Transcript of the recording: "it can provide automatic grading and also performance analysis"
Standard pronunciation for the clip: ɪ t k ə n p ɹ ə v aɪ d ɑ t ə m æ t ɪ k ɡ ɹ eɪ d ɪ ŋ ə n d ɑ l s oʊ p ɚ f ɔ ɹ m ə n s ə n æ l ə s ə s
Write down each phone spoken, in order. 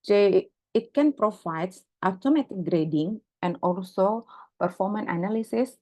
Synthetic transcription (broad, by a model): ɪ t k ə n p ɹ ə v aɪ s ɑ t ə m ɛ t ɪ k ɡ ɹ eɪ d ɪ ŋ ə n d ɑ l s oʊ p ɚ f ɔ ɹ m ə n ə n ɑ l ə s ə s